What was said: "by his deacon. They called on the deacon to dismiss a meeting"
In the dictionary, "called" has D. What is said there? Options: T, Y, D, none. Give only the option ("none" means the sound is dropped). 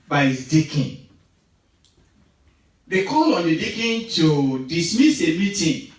none